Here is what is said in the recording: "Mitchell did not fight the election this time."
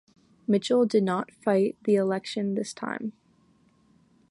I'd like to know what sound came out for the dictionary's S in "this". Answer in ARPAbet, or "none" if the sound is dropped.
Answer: S